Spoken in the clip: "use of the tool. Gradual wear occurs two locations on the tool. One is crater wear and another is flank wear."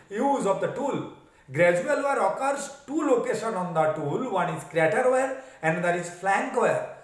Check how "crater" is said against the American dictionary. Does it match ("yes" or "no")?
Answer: yes